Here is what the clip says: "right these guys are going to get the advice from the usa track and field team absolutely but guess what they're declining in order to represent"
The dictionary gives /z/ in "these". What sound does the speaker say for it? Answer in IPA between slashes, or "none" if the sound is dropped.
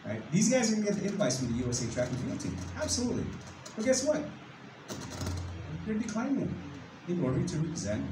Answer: /z/